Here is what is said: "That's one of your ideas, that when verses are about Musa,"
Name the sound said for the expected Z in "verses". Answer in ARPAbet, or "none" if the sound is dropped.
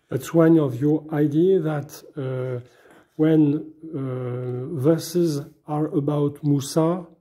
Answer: Z